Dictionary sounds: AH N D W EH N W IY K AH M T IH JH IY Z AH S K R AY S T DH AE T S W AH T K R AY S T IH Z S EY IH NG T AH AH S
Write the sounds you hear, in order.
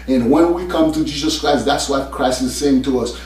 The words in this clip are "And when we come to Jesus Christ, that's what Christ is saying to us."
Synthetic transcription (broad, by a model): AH N W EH N W IY K AH M T IH JH IY Z AH S K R AY S DH AE T S W AH T K R AY S T IH Z S EY IH NG T AH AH S